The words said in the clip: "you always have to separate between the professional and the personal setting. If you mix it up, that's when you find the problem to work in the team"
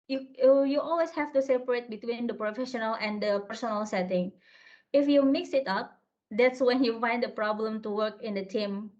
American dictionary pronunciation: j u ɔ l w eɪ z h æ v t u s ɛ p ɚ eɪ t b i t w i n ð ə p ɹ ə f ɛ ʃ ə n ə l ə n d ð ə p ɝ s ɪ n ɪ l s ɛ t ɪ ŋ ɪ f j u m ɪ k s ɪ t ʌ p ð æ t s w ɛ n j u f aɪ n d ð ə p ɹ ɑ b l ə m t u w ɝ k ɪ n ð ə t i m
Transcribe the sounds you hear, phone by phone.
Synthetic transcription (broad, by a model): j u ɔ l w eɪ s h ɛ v t u s ɛ p ɚ eɪ t b i t w i n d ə p ɹ ə f ɛ ʃ ə n ə l ə n d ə p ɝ s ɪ n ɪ l s ɛ t ɪ ŋ ɪ f j u m ɪ k s ɪ t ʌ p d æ t s w ɛ n j u f aɪ n d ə p ɹ ɑ b l ə m t u w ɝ k ɪ n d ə t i m